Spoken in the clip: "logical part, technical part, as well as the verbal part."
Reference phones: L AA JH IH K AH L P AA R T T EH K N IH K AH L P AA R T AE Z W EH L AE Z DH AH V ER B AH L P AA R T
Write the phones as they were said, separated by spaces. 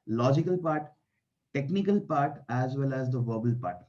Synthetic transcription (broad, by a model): L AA JH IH K AH L P AA R T T EH K N IH K AH L P AA R T AE Z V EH L AE Z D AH V ER B AH L P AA R T